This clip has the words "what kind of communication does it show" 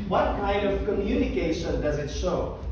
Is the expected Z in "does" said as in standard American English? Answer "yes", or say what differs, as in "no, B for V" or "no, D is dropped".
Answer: yes